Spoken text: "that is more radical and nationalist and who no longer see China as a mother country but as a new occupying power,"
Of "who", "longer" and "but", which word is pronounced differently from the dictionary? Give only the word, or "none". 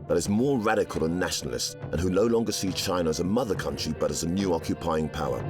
none